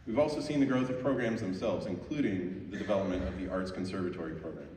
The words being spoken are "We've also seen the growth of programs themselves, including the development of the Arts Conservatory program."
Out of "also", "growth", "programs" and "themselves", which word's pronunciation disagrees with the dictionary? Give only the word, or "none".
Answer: none